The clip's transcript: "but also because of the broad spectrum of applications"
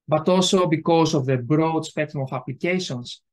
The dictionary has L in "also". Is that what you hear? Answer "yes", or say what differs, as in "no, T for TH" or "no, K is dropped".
yes